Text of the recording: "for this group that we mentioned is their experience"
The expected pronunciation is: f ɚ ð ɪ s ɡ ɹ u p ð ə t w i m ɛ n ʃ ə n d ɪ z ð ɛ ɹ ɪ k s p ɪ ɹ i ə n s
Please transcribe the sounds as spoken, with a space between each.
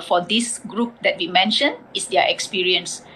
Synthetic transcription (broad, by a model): f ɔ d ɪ s ɡ ɹ u p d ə t w i m ɛ n ʃ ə n ɪ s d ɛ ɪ k s p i ɹ i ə n s